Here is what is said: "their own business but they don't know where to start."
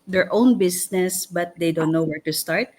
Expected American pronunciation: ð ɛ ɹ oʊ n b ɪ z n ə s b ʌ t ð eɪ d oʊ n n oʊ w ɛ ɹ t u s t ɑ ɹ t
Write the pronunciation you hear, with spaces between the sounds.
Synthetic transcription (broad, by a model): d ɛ ɹ oʊ n b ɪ s n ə s b ʌ t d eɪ d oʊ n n oʊ w ɛ ɹ t u s t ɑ ɹ t